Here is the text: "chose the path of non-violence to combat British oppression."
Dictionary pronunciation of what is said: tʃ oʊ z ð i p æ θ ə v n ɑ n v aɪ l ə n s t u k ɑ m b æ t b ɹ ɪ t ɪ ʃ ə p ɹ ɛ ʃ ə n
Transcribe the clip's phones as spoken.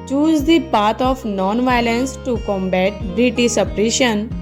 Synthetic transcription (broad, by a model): tʃ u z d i p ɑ t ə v n ɑ n v aɪ l ə n s t u k ɑ m b æ t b ɹ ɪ t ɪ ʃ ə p ɹ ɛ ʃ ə n